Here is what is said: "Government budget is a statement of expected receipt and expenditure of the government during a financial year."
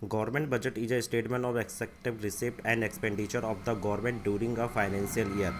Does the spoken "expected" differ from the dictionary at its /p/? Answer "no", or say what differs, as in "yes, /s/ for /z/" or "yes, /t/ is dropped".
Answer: yes, /p/ is dropped